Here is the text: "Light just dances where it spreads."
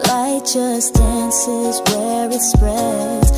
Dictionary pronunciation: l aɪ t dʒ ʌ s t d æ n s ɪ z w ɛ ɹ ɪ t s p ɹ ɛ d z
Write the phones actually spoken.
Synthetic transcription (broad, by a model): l aɪ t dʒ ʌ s d æ n s ɪ z w ɛ ɹ ɪ t s p ɹ ɛ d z